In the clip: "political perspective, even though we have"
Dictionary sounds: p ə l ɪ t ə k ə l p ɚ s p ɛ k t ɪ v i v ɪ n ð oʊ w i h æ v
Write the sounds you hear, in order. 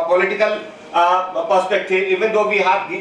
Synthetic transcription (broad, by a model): p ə l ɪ t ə k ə l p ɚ s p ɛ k t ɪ i v ɪ n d oʊ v i h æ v